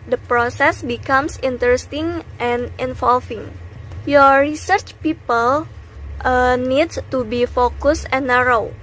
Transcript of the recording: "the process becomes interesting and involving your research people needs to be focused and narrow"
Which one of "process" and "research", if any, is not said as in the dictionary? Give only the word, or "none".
none